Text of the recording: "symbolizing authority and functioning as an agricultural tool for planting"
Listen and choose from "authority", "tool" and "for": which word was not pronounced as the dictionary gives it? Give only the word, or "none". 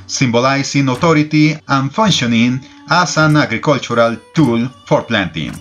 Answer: authority